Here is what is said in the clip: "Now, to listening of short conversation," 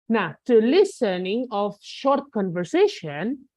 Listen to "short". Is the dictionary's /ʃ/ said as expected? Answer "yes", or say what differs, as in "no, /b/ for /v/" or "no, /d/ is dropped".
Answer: yes